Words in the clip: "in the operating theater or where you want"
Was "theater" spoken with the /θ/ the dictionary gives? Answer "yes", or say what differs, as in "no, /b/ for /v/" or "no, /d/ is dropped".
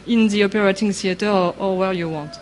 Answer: no, /s/ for /θ/